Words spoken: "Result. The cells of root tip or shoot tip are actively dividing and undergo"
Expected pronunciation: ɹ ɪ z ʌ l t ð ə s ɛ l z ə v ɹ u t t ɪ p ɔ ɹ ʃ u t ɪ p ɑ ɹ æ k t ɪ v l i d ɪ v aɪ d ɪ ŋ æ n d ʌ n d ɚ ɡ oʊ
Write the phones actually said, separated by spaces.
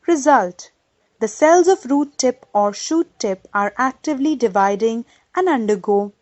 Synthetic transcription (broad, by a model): ɹ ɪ z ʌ l t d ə s ɛ l z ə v ɹ u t t ɪ p ɔ ɹ ʃ u t ɪ p ɑ ɹ æ k t ɪ v l i d ɪ v aɪ d ɪ ŋ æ n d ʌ n d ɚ ɡ oʊ